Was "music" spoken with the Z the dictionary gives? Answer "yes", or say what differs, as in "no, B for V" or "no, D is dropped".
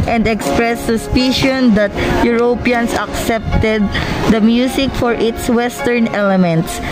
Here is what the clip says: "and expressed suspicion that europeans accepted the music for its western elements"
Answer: no, S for Z